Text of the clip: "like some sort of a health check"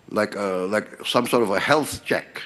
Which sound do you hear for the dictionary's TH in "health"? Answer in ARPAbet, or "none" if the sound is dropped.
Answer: TH